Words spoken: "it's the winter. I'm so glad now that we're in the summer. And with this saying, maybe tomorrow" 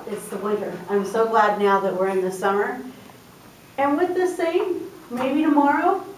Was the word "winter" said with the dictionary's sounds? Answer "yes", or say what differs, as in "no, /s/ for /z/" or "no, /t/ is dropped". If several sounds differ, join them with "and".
no, /n/ is dropped